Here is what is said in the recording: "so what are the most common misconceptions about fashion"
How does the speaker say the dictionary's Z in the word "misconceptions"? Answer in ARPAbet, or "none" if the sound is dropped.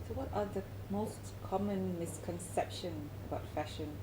none